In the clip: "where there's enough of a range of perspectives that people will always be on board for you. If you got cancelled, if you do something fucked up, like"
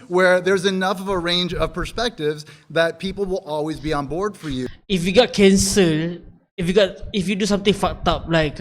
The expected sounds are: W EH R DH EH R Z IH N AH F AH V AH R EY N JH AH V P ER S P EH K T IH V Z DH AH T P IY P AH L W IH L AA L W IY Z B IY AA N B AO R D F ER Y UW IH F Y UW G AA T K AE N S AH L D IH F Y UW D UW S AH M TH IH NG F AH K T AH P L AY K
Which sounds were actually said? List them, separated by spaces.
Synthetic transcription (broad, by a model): W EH R DH EH R Z IH N AH F AH V AH R EY N JH AH V P ER S P EH K T IH V Z DH AH T P IY P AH L W IH L AA L W IY Z B IY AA N B AO R D F ER Y UW IH F Y UW G AA T K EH N S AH L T IH F Y UW D UW S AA M T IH NG F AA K T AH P L AY K